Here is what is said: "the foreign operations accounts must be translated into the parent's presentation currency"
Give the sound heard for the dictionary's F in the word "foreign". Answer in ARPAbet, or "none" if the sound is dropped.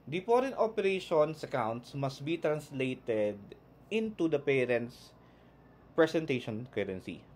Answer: P